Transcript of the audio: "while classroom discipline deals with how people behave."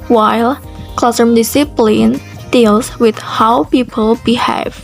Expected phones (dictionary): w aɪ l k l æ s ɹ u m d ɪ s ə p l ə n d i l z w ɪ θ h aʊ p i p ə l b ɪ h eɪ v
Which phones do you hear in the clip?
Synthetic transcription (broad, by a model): w aɪ l k l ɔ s ʌ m d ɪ s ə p l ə n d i l s w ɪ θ h aʊ p i p ə l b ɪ h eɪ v